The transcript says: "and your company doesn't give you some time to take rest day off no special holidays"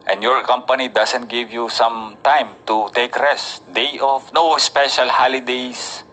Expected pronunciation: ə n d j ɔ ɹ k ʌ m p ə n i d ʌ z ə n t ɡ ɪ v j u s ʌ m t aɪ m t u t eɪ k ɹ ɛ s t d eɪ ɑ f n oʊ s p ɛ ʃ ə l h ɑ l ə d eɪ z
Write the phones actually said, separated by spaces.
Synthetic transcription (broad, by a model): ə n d j ɔ ɹ k ʌ m p ə n i d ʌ s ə n t ɡ ɪ v j u s ʌ m t aɪ m t u t eɪ k ɹ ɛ s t d eɪ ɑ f n oʊ s p ɛ ʃ ə l h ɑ l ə d eɪ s